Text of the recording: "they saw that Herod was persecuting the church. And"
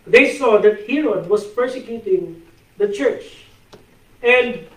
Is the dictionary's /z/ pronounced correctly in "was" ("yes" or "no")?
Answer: no